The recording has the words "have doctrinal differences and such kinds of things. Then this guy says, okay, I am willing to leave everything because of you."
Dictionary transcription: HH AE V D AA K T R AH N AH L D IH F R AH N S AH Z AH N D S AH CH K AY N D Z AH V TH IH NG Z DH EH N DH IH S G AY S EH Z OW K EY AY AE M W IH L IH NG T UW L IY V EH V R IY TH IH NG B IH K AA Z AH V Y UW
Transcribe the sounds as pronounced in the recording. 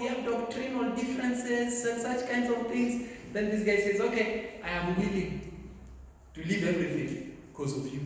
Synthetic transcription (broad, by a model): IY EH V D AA K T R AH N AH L D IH F R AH N S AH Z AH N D S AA CH K AY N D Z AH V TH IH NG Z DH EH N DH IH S G AY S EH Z OW K EY AY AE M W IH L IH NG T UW L IY V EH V R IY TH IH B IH K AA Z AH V Y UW